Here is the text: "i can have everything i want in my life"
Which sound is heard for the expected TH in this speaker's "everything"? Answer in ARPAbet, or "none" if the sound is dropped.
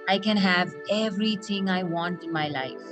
T